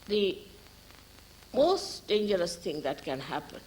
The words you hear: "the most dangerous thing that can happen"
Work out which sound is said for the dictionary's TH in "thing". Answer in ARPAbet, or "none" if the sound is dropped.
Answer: T